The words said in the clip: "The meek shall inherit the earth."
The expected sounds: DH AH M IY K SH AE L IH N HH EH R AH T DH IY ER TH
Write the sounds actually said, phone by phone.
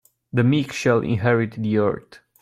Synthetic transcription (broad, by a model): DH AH M IY K SH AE L IH N HH EH R AH T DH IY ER T